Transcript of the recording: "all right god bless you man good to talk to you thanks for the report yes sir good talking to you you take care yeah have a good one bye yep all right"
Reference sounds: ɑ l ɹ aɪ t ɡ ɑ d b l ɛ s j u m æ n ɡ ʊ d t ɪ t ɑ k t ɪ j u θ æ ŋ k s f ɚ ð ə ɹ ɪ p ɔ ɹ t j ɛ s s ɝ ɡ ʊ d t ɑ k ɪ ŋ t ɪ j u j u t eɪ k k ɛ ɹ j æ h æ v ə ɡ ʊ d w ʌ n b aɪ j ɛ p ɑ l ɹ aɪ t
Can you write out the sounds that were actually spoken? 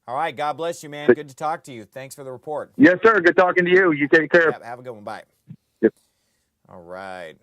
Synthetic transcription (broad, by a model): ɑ l ɹ aɪ t ɡ ɑ d b l ɛ s j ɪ m æ n ɡ ʊ d t ɪ t ɑ k t ɪ j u θ æ ŋ k s f ɚ ð ə ɹ ɪ p ɔ ɹ t j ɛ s s ɝ ɡ ʊ d t ɑ k ɪ ŋ t ɪ j u j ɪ t eɪ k k ɛ ɹ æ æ v ə ɡ ʊ d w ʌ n b aɪ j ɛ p ɑ l ɹ aɪ t